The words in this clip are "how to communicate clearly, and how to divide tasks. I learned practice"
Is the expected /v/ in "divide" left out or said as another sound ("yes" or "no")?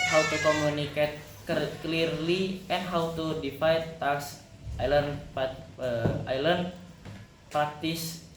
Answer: yes